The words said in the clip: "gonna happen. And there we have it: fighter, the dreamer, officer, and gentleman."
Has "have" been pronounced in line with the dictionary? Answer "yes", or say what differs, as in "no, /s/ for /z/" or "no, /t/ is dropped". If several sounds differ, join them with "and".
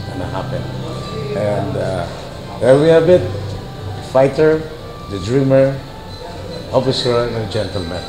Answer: no, /b/ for /v/